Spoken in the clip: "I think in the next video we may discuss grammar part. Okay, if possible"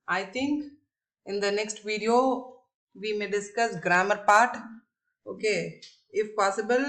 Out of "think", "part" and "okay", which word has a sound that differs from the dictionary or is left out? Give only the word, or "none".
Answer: think